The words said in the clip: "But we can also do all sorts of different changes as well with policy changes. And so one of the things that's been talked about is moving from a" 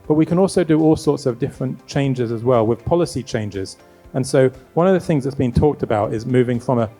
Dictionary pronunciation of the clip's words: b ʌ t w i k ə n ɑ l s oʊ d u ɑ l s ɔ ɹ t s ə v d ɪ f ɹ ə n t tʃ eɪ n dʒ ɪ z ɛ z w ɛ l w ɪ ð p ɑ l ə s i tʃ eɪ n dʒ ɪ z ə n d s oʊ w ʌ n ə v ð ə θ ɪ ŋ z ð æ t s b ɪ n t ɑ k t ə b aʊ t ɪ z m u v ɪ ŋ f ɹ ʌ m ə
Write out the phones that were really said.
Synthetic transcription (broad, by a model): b ʌ t w i k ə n ɑ l s oʊ d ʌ ɑ l s ɔ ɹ t s ə v d ɪ f ɹ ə n tʃ eɪ n dʒ ɪ z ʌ z w ɛ l w ɪ ð p ɑ l ə s i tʃ eɪ n dʒ ɪ z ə n s oʊ w ʌ n ə v ð ə θ ɪ ŋ z ð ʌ t s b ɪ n t ɑ k t ə b aʊ t ɪ z m u v ɪ ŋ f ɹ ʌ m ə